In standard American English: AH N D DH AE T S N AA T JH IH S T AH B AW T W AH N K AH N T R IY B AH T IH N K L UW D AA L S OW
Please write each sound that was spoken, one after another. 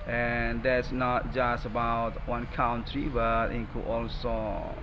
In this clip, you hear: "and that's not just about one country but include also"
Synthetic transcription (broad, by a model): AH N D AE T S N AA T JH IH S T AH B AW T W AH N K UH N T R IY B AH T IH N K UW AA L S OW